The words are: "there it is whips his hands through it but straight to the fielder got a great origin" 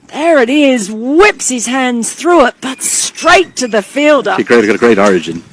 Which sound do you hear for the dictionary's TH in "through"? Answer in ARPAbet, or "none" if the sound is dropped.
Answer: TH